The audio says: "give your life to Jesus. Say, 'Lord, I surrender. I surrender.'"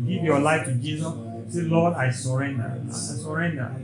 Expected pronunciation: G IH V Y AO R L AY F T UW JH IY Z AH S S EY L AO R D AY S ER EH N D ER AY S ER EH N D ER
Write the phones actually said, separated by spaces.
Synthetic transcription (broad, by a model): G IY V Y AO L AY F T UW JH IY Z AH S S EY L AO D AY S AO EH N D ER AY S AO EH N D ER